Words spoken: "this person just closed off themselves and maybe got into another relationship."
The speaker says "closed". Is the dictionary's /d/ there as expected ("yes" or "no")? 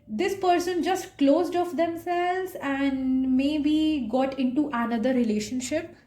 yes